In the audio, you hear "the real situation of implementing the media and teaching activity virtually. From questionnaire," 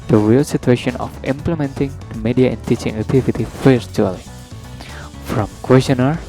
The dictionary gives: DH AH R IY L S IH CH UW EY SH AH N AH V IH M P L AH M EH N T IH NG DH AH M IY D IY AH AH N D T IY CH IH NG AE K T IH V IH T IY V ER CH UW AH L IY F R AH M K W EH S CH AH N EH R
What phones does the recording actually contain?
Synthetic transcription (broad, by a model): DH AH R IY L S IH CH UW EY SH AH N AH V IH M P L AH M EH N T IH NG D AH M IY D IY AH AH N D T IY CH IH NG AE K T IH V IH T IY F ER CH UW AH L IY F R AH M K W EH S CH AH N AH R